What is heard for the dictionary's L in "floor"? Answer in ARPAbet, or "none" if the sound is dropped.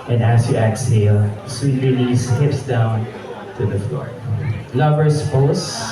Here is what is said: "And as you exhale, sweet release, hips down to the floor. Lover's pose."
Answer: L